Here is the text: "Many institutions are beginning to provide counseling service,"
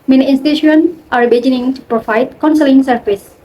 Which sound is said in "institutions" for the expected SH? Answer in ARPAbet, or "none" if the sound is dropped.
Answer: none